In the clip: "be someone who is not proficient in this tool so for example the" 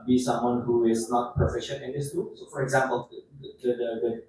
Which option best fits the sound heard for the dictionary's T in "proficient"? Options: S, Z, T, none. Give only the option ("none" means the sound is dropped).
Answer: none